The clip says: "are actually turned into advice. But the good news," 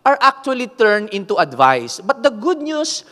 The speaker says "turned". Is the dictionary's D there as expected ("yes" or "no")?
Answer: no